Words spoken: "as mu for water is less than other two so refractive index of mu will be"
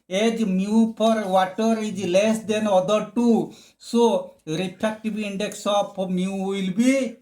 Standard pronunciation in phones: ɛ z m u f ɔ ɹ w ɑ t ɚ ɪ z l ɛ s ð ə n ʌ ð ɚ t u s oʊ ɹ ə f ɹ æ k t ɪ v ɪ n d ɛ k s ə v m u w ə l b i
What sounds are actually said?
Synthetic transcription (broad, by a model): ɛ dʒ m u p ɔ ɹ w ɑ t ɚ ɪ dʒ l ɛ s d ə n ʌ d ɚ t u s oʊ ɹ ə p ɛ k t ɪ b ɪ n d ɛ k s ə p m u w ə l b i